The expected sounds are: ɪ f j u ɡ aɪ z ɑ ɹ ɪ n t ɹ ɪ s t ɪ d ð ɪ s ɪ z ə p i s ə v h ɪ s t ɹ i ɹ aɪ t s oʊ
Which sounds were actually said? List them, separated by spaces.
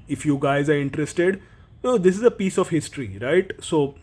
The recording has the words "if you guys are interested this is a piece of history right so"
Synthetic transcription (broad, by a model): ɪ f j u ɡ aɪ z ɑ ɹ ɪ n t ɹ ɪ s t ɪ d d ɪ s ɪ z ə p i s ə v h ɪ s t ɹ i ɹ aɪ t s oʊ